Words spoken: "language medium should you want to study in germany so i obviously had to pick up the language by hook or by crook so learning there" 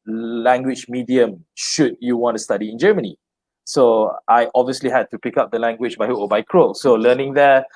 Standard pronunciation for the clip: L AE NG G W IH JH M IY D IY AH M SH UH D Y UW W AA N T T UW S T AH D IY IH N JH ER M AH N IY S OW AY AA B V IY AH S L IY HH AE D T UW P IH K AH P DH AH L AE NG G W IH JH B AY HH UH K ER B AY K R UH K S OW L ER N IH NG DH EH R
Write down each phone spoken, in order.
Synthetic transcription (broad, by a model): L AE NG G W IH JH M IY D IY AH M SH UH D Y UW W AA N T T UW S T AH D IY IH N JH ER M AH N IY S OW AY AA B V IY AH S L IY HH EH D T UW P IH K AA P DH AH L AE NG G W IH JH B AY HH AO AO B AY K R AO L S OW L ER N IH NG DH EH